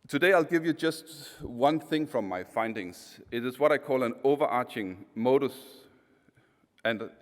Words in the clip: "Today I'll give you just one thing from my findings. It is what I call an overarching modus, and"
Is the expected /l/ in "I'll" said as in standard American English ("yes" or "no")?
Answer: yes